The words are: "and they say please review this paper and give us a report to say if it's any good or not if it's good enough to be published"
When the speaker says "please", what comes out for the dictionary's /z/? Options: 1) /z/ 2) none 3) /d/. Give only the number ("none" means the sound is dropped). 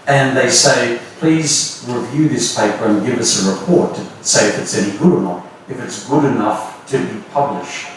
1